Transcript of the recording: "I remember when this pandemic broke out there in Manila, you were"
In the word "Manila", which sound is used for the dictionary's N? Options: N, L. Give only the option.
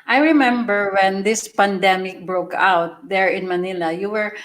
N